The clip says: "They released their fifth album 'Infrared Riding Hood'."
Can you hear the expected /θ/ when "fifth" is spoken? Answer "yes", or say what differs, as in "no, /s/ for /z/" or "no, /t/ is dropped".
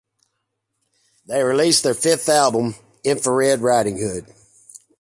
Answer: yes